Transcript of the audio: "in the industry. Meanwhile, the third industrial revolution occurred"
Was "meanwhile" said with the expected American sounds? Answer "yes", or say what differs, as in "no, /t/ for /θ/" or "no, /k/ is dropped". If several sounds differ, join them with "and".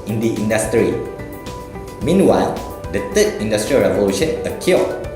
yes